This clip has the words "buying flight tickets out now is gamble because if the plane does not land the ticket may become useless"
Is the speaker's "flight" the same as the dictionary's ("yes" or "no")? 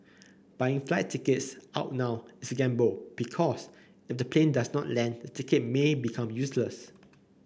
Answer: yes